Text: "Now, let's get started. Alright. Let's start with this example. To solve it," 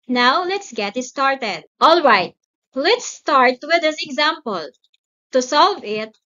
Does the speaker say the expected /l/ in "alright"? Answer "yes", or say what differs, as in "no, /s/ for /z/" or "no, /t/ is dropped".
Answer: yes